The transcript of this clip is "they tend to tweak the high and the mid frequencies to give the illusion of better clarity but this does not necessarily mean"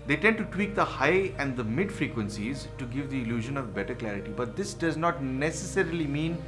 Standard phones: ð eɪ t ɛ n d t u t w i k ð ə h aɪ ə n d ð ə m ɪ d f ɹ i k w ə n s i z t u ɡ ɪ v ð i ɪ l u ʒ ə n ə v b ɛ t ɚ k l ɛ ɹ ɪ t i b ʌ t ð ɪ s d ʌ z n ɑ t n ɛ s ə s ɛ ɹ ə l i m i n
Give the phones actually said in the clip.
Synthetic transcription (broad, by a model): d eɪ t ɛ n d t u t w i k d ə h aɪ ə n d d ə m ɪ d f ɹ i k w ə n s i z t u ɡ ɪ v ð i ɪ l u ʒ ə n ə v b ɛ t ɚ k l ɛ ɹ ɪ t i b ʌ t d ɪ s d ʌ z n ɑ t n ɛ s ə s ɛ ɹ ə l i m i n